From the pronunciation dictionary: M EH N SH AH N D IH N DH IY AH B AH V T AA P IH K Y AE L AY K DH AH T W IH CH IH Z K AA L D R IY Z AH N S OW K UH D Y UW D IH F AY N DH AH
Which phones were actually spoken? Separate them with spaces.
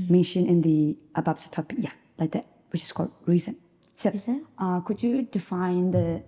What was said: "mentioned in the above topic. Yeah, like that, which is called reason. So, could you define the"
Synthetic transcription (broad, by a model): M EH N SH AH N IH N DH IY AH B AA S T AA P IH K Y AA L AY K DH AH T W IH CH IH S K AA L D R IY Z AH N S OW K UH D Y UW D IH F AY N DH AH